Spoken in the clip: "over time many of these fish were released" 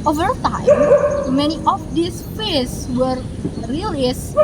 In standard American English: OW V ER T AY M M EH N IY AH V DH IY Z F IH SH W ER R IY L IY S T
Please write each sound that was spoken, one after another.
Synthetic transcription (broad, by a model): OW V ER T AY M M EH N IY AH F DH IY S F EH S W ER R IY L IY S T